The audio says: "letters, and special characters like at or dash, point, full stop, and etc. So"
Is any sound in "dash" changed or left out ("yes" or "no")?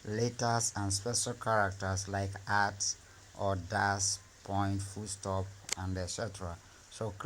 yes